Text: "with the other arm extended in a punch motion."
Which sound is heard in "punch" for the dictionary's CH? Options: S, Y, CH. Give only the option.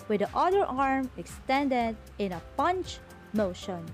CH